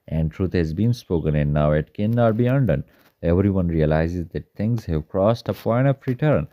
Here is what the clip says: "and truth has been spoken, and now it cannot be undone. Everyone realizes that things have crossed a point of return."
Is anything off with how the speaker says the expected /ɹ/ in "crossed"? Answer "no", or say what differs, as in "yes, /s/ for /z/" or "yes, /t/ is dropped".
no